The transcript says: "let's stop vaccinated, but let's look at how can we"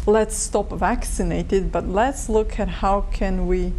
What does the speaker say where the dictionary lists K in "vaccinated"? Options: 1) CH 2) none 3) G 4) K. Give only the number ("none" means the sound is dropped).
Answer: 4